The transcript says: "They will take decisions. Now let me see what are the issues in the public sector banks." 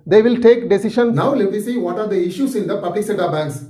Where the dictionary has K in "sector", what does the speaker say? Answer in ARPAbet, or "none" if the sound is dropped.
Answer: none